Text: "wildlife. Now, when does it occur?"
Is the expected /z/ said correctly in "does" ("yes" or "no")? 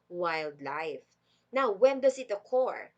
no